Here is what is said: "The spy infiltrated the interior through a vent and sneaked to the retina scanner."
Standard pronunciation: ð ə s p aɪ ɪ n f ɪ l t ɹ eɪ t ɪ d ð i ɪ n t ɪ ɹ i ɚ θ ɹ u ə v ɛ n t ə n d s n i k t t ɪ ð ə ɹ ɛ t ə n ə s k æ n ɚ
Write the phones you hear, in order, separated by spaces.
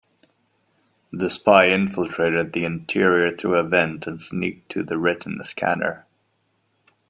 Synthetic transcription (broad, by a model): ð ə s p aɪ ɪ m f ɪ l t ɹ eɪ t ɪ d ð i ɪ n t ɪ ɹ i ɚ θ ɹ u ə v ɛ n t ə n s n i k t t ɪ ð ə ɹ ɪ t n s k æ n ɚ